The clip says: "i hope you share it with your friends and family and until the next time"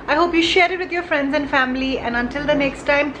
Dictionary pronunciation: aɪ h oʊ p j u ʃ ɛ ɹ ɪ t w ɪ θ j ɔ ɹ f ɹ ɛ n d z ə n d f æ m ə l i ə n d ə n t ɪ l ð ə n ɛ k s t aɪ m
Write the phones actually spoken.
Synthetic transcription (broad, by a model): aɪ h oʊ p j u ʃ ɛ ɹ ɪ t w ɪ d j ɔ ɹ f ɹ ɛ n d z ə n f æ m ə l i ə n ə n t ɪ l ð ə n ɛ k s t aɪ m